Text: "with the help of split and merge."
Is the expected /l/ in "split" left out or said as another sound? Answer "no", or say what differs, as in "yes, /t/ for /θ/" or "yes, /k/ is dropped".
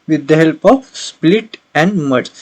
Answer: no